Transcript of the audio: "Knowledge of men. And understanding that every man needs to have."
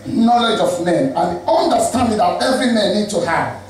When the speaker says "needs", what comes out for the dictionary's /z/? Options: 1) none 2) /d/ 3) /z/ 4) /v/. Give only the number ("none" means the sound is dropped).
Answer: 1